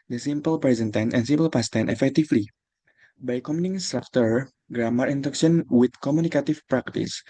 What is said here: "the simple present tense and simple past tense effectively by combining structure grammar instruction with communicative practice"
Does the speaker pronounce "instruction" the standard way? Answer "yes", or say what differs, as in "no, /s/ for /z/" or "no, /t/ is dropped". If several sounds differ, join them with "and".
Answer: no, /s/ is dropped